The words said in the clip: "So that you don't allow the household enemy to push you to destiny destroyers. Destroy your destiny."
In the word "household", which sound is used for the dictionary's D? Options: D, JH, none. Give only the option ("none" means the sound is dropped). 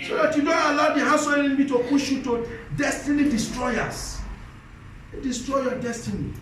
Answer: none